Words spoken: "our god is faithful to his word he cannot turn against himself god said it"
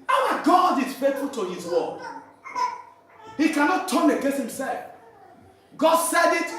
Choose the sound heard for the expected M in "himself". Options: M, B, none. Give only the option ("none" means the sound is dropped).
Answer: M